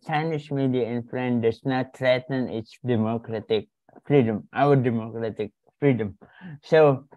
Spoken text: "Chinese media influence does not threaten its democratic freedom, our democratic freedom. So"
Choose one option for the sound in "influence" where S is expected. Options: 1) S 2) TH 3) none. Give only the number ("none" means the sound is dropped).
3